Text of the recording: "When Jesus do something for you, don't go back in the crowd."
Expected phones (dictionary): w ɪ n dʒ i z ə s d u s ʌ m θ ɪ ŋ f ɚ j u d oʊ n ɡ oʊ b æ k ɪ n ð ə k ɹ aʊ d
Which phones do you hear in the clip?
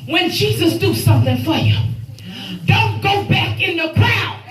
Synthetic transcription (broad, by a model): w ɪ n dʒ i z ə s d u s ʌ m θ ɪ ŋ f ɚ j u d oʊ n ɡ oʊ b æ k ɪ n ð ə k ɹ aʊ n